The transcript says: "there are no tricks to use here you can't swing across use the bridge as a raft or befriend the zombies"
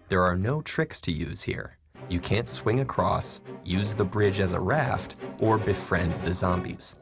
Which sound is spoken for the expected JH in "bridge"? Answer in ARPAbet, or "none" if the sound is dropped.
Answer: JH